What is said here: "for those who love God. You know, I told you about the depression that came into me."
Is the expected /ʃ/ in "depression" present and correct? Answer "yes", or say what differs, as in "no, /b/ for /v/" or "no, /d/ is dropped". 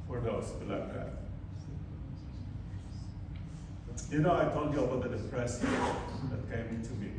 no, /s/ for /ʃ/